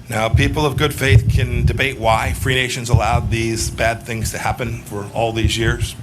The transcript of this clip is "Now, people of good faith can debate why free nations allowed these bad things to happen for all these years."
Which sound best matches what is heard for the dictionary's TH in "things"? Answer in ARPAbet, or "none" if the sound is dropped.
TH